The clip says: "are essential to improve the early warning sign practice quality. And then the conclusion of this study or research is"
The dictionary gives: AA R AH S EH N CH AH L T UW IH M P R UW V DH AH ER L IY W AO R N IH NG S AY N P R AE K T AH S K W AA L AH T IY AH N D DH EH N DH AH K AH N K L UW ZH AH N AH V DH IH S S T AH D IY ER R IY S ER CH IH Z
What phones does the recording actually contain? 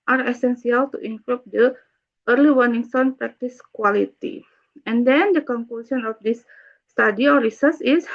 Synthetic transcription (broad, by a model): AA R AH S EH N S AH L T UW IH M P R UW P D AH ER L IY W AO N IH NG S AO N P R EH K T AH S K W AA L AH T IY AH N D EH N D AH K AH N K L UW S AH N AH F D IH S S T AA D IY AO R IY S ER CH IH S